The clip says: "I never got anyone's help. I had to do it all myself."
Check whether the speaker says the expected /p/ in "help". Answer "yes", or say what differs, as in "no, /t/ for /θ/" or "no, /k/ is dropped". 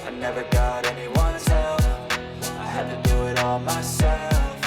no, /f/ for /p/